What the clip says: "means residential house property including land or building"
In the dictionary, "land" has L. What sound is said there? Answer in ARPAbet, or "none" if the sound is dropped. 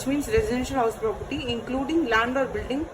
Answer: L